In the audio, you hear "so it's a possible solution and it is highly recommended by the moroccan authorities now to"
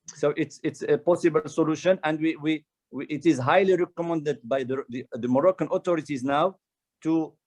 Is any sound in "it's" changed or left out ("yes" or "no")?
no